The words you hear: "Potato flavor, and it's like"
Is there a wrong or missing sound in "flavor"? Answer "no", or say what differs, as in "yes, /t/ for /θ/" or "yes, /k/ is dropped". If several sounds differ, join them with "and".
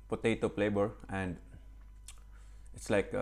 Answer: yes, /b/ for /v/